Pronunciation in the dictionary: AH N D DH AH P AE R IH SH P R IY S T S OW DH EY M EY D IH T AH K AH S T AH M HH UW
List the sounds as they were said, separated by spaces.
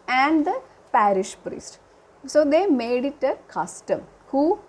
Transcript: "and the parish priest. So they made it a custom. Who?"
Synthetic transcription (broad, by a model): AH N D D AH P AE R IH SH P R IY S T S OW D EY M EY D IH T AH K AH S T AH M HH UW